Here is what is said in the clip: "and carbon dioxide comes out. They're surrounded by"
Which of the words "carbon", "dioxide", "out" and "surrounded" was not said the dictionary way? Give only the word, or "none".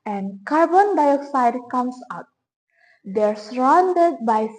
none